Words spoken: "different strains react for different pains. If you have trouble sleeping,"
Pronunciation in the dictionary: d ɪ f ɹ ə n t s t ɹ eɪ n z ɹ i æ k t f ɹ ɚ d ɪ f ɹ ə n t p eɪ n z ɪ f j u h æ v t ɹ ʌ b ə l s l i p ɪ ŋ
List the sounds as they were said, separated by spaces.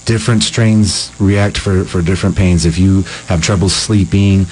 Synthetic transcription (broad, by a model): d ɪ f ɹ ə n t s t ɹ eɪ n z ɹ i æ k t f ɹ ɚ d ɪ f ɹ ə n p eɪ n z ɪ f j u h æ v t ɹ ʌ b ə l s l i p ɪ ŋ